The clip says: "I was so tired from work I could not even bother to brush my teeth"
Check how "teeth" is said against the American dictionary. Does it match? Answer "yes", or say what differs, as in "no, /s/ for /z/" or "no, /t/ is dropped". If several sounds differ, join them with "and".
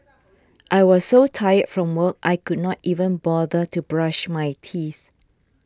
yes